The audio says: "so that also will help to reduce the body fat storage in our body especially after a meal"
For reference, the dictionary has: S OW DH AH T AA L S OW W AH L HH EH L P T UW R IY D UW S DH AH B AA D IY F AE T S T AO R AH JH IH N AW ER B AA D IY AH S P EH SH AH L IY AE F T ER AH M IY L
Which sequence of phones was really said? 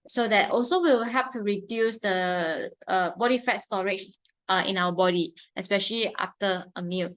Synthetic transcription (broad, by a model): S OW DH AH T AA L S OW W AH W HH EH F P T UW R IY D UW S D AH B AA D IY F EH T S T AO R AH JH IH N AW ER B AA D IY AH S P EH SH AH L IY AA F T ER AH M IY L